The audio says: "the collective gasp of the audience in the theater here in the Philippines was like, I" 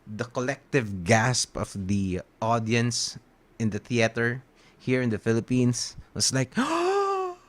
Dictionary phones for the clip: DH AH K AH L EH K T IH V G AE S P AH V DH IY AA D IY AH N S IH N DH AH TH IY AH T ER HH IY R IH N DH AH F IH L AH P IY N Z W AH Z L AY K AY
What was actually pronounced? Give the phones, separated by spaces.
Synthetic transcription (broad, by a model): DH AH K AH L EH K T IH V G AE S P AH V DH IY AA D IY AH N S IH N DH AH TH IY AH T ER HH IY R IH N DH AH F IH L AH P IY N S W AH S L AY K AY